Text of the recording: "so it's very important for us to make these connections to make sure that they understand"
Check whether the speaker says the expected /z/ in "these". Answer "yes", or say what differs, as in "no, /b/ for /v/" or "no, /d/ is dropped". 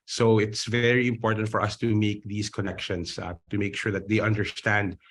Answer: no, /s/ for /z/